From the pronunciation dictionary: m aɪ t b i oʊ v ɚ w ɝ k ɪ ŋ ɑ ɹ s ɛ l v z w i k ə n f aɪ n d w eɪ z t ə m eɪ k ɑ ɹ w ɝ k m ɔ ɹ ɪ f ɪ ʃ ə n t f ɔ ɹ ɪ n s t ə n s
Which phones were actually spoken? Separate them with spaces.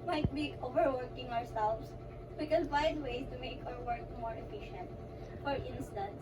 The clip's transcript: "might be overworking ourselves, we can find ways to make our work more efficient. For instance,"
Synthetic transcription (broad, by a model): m aɪ t b i oʊ v ɚ w ɝ k ɪ ŋ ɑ ɹ s ɛ l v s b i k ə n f aɪ d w eɪ s t ə m eɪ k ɑ ɹ w ɝ k m ɔ ɹ ɪ f ɪ ʃ ə n t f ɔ ɹ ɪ n s t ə n s